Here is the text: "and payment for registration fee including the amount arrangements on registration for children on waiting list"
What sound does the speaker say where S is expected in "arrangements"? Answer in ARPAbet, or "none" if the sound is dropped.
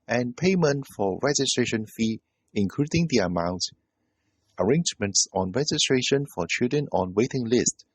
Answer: S